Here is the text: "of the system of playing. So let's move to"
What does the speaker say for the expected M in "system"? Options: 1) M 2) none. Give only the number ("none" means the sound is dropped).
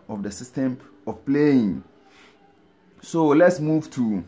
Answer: 1